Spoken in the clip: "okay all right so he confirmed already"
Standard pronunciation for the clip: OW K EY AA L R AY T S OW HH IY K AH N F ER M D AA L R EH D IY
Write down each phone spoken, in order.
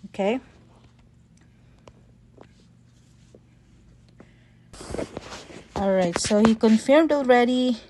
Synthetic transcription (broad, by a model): OW K EY AA L R AY T S OW HH IY K AH N F ER M D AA L R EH D IY